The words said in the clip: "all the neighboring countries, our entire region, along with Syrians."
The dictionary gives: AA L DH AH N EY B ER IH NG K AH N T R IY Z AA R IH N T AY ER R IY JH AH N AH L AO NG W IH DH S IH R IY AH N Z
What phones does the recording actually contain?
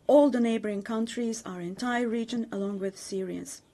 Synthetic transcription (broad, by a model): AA L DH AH N EY B ER IH NG K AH N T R IY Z AA R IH N T AY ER R IY JH AH N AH L AO NG W IH DH S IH R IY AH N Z